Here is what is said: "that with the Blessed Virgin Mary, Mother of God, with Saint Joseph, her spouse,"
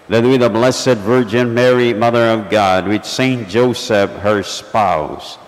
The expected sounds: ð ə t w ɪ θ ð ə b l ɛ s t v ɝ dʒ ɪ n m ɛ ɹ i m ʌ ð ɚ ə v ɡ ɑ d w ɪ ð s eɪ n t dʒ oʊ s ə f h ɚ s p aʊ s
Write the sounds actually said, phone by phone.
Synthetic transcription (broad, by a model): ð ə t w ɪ ð ə b l ɛ s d v ɝ dʒ ɪ n m ɛ ɹ i m ʌ ð ɚ ə v ɡ ɑ d w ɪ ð s eɪ n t dʒ oʊ s ə f h ɚ s p aʊ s